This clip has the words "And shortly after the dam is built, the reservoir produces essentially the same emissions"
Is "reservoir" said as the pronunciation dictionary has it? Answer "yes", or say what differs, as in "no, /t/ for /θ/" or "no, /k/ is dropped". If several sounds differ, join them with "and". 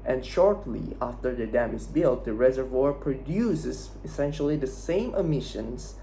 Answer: yes